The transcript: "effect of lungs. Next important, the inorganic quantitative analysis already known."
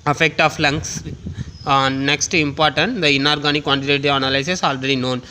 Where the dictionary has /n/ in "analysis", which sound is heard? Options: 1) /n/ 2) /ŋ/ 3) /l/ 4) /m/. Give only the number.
3